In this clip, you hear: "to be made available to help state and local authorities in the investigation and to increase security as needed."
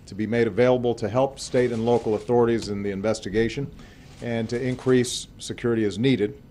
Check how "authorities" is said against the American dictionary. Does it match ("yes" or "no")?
yes